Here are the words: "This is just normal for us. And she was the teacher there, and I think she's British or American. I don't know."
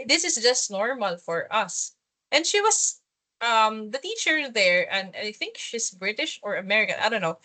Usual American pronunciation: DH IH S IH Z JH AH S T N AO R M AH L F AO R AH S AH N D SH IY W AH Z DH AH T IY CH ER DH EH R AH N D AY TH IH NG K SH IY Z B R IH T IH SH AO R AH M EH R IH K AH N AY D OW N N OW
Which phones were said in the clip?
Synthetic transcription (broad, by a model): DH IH S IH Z JH AH S T N AO R M AH L F AO R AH S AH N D SH IY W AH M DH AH T IY CH ER DH EH R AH N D AY TH IH NG K SH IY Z B R IH T IH SH AO R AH M EH R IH K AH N AY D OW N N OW